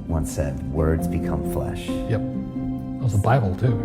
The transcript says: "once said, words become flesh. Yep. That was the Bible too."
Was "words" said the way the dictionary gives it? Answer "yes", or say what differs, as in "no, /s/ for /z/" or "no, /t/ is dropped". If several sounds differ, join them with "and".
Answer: yes